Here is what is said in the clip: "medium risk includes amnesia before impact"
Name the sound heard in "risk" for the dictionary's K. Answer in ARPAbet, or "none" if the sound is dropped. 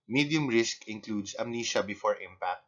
K